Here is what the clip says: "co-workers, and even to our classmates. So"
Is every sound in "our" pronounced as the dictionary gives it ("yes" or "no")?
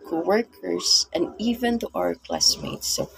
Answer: yes